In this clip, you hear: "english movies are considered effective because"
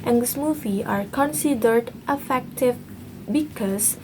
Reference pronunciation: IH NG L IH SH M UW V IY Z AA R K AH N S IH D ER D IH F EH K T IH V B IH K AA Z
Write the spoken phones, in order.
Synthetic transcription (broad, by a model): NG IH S M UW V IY AA R K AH N S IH D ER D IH F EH K T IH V B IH K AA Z